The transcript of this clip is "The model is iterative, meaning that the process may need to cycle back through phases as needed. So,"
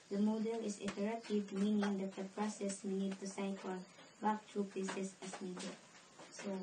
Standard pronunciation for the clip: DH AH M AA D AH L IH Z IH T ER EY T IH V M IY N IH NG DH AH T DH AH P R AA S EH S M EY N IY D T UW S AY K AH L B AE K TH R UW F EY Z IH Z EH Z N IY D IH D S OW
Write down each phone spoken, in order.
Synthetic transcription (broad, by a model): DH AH M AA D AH L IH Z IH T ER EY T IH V M IY N IH NG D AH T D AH P R AA S EH S M EY N IY D T UW S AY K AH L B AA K T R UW P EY S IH S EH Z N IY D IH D S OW